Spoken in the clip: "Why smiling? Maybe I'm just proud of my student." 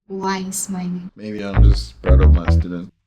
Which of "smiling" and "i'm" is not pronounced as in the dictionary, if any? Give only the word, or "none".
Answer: smiling